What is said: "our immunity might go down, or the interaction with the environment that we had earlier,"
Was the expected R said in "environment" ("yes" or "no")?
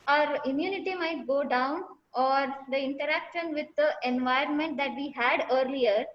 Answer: yes